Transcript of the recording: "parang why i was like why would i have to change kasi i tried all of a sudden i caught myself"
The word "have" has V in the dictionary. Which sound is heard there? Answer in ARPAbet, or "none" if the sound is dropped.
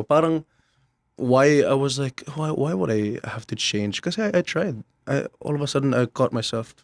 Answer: F